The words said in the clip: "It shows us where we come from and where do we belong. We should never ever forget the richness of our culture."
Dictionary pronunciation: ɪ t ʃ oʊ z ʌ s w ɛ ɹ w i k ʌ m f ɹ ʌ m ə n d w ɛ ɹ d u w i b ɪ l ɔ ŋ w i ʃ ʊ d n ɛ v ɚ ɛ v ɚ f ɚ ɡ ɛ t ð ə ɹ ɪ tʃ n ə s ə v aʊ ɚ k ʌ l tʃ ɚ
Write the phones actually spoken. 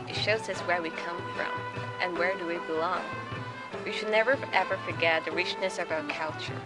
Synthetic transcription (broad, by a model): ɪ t ʃ oʊ z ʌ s w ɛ ɹ w i k ʌ m f ɹ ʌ m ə n w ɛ ɹ d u w i b ɪ l ɔ ŋ w i ʃ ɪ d n ɛ v ɚ ɛ v ɚ f ɚ ɡ ɛ t ð ə ɹ ɪ tʃ n ə s ə v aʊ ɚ k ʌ l tʃ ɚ